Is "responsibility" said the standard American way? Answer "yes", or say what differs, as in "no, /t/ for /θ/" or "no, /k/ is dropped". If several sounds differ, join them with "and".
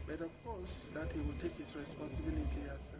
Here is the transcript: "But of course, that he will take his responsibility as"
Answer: yes